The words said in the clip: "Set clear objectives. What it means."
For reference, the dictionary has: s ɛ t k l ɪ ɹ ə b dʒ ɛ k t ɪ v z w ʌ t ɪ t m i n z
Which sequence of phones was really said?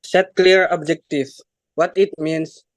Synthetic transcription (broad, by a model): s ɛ t k l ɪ ɹ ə b dʒ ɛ k t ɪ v w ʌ t ɪ t m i n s